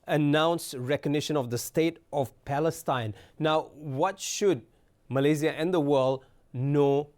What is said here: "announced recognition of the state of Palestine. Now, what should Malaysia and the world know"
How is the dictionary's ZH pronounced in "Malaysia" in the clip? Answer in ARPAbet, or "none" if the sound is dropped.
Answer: Z